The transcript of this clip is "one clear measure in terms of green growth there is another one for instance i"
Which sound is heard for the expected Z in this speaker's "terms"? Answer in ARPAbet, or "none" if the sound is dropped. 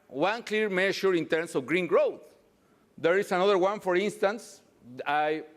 S